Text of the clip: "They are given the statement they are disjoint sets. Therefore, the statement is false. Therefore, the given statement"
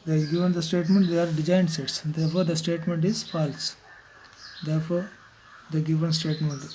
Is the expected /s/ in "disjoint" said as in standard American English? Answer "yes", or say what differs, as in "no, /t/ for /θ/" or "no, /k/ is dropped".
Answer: no, /s/ is dropped